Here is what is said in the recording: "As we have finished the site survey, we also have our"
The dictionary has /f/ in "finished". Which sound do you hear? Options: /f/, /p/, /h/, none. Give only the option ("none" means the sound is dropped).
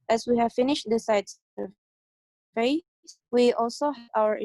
/f/